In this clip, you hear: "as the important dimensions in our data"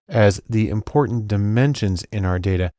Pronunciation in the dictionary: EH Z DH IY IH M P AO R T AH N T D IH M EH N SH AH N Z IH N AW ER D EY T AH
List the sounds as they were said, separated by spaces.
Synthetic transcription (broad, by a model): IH Z DH IY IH M P AO R T N D IH M EH N SH AH N Z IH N AW ER D EY T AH